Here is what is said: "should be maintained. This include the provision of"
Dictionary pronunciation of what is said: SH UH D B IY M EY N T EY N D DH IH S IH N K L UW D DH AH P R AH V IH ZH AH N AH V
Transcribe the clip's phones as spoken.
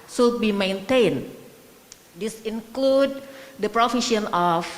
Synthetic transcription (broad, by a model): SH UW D B IY M EY N T EY N D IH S IH N K L UW D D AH P R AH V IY SH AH N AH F